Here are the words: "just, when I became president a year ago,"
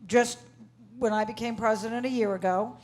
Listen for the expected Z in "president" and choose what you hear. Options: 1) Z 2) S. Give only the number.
1